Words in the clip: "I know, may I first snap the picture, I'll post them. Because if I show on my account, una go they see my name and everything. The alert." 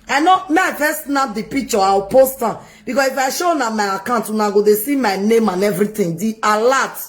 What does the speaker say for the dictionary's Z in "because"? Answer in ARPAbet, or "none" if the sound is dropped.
S